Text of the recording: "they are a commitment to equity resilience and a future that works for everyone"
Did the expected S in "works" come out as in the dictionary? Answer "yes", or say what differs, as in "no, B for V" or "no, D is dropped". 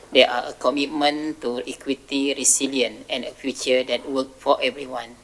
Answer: no, S is dropped